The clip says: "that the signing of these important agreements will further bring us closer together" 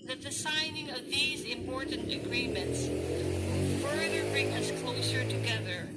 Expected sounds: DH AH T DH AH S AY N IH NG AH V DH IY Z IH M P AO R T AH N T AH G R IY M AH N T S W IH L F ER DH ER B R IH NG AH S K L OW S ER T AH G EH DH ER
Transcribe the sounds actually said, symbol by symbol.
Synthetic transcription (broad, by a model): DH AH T DH AH S AY N IH NG AH V DH IY Z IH M P AO R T N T AH G R IY M AH N T S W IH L F ER DH ER B R IH NG AH S K L OW S ER T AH G EH DH ER